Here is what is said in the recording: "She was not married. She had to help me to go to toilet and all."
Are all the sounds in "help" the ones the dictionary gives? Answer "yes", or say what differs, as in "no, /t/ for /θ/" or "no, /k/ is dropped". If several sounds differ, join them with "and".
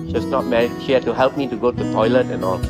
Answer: yes